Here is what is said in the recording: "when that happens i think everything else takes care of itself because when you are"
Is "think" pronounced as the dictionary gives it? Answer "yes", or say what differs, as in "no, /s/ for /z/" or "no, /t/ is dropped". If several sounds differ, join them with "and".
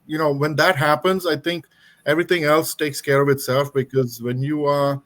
no, /t/ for /θ/